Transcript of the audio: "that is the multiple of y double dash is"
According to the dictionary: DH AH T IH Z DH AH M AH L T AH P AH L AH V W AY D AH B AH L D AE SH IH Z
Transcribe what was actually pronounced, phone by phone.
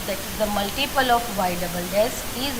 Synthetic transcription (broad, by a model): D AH T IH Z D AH M AH L T AH P AH L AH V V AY D AH B AH L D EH S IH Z